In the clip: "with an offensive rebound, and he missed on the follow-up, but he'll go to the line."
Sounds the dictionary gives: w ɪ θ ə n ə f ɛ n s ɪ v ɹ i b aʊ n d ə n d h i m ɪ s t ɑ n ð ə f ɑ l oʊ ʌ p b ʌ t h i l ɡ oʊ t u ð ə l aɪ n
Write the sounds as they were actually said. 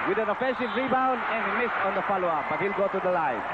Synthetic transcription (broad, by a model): w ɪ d ə n ə f ɛ n s ɪ v ɹ i b aʊ n d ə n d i m ɪ s t ɑ n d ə f ɑ l oʊ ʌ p b ʌ t h i l ɡ oʊ t u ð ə l aɪ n